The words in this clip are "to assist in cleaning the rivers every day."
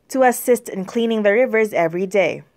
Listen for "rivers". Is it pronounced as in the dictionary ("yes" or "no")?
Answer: yes